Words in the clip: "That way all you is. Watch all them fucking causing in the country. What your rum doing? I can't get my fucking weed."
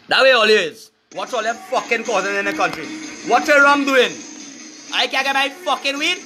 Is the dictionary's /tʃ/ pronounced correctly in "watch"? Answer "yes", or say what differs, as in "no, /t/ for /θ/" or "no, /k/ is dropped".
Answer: no, /s/ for /tʃ/